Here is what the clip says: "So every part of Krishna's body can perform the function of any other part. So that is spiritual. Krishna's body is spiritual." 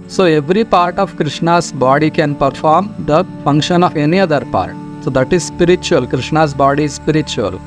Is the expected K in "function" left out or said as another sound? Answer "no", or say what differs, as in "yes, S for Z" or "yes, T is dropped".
no